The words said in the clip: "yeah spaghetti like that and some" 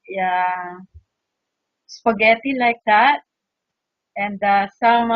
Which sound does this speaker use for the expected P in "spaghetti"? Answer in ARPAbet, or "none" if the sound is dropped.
F